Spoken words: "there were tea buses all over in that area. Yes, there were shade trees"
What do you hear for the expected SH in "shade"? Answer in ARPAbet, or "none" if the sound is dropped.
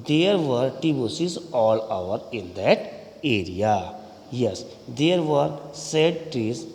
S